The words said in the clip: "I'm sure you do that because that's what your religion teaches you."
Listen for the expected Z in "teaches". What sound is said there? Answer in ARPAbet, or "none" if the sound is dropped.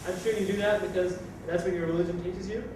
Z